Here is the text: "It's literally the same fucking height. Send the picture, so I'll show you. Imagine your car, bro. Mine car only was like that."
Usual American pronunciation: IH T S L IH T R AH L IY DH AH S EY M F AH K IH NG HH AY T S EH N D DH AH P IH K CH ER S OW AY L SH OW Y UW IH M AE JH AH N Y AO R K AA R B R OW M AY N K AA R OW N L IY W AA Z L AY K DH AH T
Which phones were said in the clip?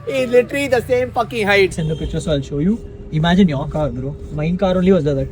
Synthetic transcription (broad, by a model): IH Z L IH T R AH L IY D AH S EY M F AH K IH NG HH AY T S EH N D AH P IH CH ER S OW AY L SH OW Y UW IH M AE JH AH N Y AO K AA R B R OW M AY N K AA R OW N L IY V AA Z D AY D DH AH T